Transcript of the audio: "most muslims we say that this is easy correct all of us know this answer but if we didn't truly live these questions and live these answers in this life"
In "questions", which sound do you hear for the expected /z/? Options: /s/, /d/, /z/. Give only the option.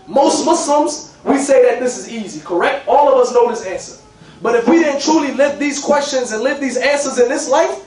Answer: /z/